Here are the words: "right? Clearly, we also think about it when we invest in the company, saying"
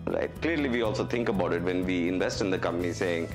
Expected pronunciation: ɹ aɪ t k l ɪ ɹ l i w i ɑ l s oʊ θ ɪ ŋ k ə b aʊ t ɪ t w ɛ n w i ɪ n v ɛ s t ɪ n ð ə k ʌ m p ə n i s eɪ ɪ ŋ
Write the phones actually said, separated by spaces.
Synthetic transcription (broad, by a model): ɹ aɪ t k l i ɹ l i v i ɑ l s oʊ t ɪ ŋ k ə b aʊ t ɪ t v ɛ n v i ɪ n v ɛ s t ɪ n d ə k ʌ m p ə n i s eɪ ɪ ŋ